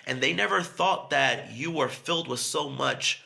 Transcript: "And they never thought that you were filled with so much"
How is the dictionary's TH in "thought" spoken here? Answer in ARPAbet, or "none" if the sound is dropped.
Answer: TH